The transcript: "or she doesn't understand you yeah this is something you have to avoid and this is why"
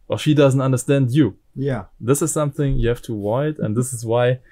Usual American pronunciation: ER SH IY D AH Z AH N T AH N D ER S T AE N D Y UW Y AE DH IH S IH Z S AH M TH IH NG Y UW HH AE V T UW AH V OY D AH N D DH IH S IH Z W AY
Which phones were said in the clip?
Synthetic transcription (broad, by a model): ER SH IY D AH Z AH N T AH N D ER S T AE N D Y UW Y AE DH IH S IH Z S AH M TH IH NG Y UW HH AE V T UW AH IH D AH N DH IH S IH Z W AY